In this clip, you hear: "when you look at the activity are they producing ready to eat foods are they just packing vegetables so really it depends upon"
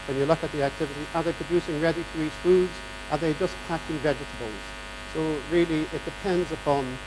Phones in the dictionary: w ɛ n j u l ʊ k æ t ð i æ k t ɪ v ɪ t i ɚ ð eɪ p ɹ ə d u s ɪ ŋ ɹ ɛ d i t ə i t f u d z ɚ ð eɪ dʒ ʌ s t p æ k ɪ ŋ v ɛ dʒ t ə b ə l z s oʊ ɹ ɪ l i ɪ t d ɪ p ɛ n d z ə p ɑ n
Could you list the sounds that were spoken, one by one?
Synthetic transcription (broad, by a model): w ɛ n j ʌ l ʊ k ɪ t ð i æ k t ɪ v ɪ t i ɚ ð eɪ p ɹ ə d u s ɪ ŋ ɹ ɛ d i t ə i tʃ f u d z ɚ ð eɪ dʒ ʌ s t p æ k ɪ ŋ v ɛ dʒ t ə b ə l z s oʊ ɹ ɪ l i ɪ t d ɪ p ɛ n d z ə p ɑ n